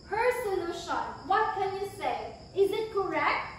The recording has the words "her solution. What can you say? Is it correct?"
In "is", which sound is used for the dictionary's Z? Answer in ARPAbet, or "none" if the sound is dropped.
Z